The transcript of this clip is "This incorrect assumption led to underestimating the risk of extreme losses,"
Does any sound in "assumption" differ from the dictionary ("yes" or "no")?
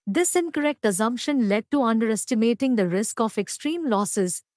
no